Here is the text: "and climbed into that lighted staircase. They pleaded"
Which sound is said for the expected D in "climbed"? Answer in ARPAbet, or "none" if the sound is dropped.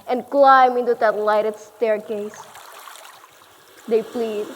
none